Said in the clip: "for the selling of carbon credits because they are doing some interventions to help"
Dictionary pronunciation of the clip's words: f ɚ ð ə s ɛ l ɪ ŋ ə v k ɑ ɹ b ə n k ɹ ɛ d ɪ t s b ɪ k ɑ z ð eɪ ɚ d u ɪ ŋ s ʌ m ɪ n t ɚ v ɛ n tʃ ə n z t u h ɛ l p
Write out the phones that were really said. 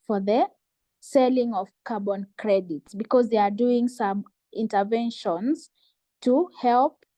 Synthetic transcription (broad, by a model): f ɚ ð ə s ɛ l ɪ ŋ ə v k ɑ ɹ b ə n k ɹ ɛ d ɪ t s b ɪ k ɑ z ð eɪ ɚ d u ɪ ŋ s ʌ m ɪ n t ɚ v ɛ n ʃ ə n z t u h ɛ l p